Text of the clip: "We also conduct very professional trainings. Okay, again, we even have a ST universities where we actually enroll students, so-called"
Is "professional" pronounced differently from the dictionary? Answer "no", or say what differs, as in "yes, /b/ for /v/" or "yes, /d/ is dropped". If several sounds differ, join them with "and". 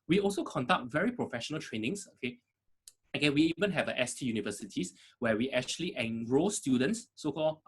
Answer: no